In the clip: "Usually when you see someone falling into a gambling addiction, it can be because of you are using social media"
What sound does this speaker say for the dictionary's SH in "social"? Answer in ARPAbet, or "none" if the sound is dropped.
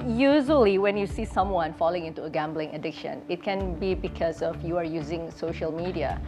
SH